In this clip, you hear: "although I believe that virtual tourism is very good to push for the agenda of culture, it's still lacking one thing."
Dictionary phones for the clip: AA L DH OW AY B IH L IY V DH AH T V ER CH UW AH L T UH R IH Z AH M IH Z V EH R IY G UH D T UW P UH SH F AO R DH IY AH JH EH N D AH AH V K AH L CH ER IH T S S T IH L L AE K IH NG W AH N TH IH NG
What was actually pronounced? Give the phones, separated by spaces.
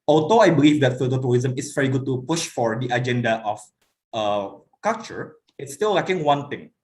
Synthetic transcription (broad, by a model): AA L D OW AY B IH L IY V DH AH T F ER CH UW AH T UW R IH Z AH M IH S V EH R IY G UH D T UW P UH SH F AO R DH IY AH JH EH N D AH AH F K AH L CH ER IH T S S T IH L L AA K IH NG W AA N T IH NG